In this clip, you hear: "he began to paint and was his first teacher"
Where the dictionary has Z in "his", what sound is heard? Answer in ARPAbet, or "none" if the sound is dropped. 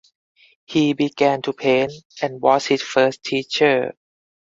S